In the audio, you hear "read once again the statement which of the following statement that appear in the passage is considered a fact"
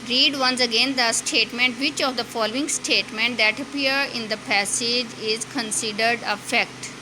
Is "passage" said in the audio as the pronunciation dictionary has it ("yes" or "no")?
yes